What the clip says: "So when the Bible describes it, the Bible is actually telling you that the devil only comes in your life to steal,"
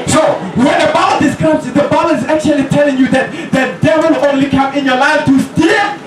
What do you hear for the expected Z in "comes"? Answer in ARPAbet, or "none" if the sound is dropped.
none